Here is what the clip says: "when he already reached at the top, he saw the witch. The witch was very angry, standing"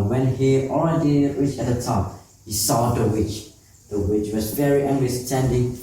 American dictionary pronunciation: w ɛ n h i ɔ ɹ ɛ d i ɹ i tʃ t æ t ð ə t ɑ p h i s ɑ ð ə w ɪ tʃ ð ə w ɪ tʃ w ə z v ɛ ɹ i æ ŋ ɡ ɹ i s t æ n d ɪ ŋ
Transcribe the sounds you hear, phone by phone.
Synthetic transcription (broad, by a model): w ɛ n h i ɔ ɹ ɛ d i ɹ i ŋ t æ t ð ə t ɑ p h i s ɑ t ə w ɪ tʃ ð ə w ɪ tʃ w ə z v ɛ ɹ i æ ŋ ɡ i s t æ n d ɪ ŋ